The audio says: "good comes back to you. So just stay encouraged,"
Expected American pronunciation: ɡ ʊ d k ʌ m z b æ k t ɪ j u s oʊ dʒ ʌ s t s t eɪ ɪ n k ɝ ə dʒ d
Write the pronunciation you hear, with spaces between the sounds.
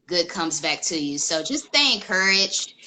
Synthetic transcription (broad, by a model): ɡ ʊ d k ʌ m z b æ k t ɪ j u s oʊ dʒ ʌ s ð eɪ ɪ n k ɝ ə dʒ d